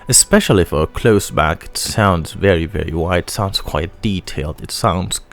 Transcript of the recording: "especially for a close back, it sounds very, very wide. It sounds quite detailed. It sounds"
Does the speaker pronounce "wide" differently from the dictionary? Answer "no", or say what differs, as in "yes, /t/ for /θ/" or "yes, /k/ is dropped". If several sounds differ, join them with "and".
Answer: yes, /d/ is dropped